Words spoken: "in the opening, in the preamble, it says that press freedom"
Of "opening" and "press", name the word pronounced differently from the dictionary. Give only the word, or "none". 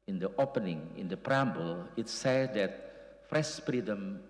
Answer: press